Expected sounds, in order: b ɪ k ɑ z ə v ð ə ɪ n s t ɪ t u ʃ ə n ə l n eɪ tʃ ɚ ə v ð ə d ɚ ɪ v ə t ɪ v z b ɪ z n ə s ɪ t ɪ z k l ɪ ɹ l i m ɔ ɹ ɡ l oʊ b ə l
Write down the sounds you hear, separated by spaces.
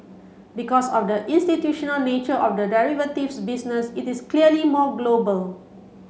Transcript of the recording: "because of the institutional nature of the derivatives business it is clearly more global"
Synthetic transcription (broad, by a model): b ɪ k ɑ s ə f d ə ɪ n s t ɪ t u ʃ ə n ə l n eɪ tʃ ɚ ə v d ə d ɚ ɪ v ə t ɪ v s b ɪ s n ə s ɪ t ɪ s k l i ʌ l i m ɔ ɡ l oʊ b ə l